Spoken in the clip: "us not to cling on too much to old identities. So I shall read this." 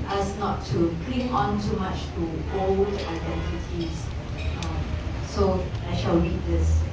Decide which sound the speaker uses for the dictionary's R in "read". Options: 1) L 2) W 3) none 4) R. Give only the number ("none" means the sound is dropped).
2